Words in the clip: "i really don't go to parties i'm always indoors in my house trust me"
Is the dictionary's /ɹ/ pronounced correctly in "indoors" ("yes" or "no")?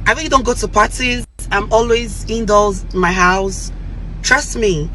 no